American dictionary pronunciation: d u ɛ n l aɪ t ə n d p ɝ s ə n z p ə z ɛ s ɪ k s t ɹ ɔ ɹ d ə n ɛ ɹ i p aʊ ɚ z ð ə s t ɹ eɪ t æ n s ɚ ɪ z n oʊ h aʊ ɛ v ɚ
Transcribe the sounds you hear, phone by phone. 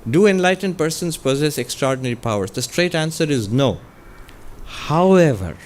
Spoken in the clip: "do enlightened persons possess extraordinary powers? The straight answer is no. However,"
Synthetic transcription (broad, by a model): d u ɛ n l aɪ t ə n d p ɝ s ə n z p ə z ɛ s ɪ k s t ɹ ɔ ɹ d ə n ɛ ɹ i p aʊ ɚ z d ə s t ɹ eɪ t æ n s ɚ ɪ z n oʊ h aʊ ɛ v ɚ